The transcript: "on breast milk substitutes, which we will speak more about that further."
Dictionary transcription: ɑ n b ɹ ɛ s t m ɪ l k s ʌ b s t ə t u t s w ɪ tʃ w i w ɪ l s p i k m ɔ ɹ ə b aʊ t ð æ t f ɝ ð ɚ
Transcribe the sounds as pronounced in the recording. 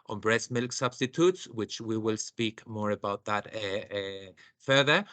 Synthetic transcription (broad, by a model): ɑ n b ɹ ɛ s m ɪ l k s ʌ b s t ə t u t s w ɪ tʃ w i w ɪ l s p i k m ɔ ɹ ə b aʊ t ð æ t f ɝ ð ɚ